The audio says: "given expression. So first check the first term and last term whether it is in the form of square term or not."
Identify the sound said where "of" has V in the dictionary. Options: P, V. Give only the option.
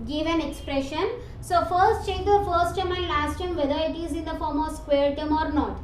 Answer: V